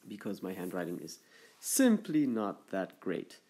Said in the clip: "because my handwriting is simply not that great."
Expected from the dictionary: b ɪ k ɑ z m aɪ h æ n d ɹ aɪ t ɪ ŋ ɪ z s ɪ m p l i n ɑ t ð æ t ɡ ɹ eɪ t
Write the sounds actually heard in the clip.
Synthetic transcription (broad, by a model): b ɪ k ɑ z m aɪ h æ n d ɹ aɪ t ɪ ŋ ɪ z s ɪ m p l i n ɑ t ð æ t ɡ ɹ eɪ t